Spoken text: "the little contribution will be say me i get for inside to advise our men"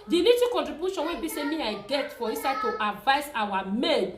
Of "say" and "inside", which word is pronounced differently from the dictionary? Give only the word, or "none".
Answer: inside